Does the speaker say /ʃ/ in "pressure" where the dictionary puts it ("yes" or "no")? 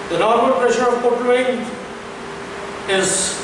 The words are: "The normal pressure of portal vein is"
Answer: yes